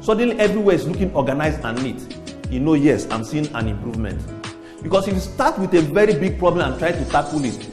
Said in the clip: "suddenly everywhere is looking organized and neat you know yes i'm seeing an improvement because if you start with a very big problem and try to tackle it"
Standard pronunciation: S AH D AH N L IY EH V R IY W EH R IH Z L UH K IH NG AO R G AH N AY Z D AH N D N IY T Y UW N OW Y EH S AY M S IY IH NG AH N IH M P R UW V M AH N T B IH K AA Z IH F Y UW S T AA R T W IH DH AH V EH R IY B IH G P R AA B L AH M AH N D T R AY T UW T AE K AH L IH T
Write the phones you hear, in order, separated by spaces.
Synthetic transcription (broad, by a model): S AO D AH N L IY EH V R IY W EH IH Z L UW K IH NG AO G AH N AY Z AH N N IY T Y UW N OW Y EH S AY M S IY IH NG AH N IH M P R UW V M AH N T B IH K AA S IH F S T AA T W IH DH AH V EH R IY B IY G P R AA B L AH M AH N T R AY T UW T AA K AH L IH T